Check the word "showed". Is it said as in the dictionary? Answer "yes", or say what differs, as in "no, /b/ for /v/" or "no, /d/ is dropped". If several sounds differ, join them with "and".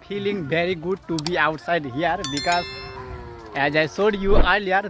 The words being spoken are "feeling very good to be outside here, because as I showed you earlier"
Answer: no, /s/ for /ʃ/